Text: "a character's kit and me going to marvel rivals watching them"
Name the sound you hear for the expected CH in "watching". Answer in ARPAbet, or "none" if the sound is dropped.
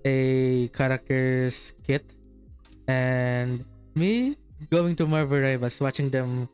CH